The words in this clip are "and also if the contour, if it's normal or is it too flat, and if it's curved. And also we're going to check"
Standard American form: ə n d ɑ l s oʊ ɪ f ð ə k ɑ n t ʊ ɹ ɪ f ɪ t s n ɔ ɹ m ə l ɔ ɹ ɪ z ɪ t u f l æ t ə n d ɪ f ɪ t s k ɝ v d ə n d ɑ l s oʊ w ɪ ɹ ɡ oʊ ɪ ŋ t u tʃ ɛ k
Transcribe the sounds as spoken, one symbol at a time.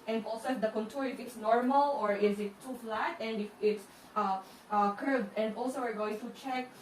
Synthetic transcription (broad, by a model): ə n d ɑ l s oʊ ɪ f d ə k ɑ n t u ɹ ɪ f ɪ t s n ɔ ɹ m ə l ɔ ɹ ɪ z ɪ t u f l æ t ə n d ɪ f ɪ t s k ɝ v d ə n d ɑ l s oʊ w ɪ ɹ ɡ oʊ ɪ ŋ t u tʃ ɛ k